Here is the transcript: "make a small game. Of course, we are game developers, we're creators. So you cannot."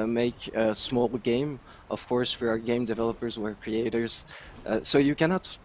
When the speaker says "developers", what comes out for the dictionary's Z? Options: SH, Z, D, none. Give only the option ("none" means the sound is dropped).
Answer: Z